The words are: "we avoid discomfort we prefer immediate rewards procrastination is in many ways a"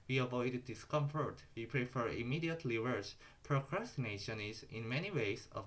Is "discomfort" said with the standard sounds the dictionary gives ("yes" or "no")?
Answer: yes